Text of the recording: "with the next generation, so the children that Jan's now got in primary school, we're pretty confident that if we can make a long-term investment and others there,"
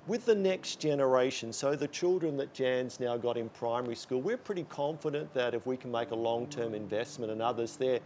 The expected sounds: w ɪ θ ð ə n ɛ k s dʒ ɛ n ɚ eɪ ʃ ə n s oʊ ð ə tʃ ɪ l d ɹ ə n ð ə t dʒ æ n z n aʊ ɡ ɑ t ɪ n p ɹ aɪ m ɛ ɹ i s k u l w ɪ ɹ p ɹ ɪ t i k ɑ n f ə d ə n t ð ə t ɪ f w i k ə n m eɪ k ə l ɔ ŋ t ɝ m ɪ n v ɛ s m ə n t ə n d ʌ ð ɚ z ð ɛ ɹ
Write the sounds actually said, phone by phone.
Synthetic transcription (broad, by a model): w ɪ ð ə n ɛ k s dʒ ɛ n ɚ eɪ ʃ ə n s oʊ ð ə tʃ ɪ l d ɹ ə n ð ə t dʒ æ n z n aʊ ɡ ɑ t ɪ n p ɹ aɪ m ɛ ɹ i s k u l w ɪ ɹ p ɹ ɪ t i k ɑ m f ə d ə n ð ə t ɪ f w i k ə n m eɪ k ə l ɔ ŋ t ɝ m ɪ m v ɛ s m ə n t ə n ʌ ð ɚ z ð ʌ ɹ